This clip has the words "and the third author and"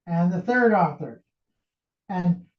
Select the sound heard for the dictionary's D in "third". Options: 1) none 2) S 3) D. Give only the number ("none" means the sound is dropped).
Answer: 3